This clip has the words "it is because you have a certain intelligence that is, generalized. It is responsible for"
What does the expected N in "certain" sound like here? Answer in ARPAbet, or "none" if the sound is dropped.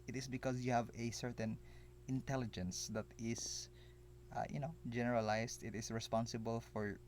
N